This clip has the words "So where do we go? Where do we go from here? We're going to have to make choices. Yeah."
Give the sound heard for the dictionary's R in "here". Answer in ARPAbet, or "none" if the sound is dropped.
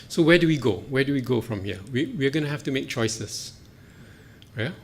W